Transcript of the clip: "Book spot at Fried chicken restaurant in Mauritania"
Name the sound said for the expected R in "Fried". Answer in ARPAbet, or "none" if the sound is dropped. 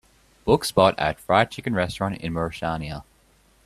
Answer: R